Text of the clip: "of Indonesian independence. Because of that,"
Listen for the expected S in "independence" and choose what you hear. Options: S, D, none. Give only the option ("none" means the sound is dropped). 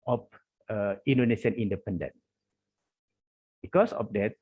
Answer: none